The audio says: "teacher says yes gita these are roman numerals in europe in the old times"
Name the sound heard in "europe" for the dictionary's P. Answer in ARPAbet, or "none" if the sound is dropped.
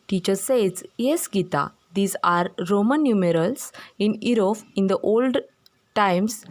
F